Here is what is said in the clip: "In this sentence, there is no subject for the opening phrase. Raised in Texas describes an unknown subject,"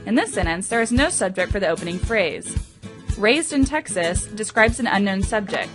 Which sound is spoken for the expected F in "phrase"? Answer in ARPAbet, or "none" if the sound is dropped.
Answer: F